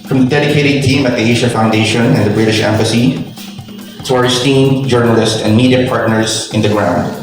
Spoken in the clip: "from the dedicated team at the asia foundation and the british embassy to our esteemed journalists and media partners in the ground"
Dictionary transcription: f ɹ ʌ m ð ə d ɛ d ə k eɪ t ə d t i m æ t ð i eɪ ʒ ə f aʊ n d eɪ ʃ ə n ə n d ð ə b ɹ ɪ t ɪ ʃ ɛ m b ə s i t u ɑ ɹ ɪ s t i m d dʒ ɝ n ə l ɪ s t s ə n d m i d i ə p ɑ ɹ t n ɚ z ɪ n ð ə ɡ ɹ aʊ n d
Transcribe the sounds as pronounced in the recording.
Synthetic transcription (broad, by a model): f ɹ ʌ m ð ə d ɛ d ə k eɪ t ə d t i m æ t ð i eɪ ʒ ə f aʊ n d eɪ ʃ ə n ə n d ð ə b ɹ ɪ t ɪ ʃ ɛ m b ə s i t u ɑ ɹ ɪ s t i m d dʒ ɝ n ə l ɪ s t ə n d m i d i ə p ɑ ɹ t n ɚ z ɪ n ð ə ɡ ɹ aʊ n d